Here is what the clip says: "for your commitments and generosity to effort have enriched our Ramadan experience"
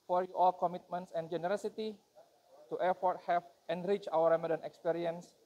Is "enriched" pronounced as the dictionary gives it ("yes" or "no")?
no